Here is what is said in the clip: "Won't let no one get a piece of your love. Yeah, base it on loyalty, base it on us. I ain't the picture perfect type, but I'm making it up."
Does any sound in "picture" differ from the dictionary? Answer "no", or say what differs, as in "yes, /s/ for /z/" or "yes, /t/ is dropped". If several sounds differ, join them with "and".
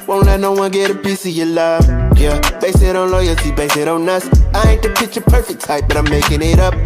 yes, /k/ is dropped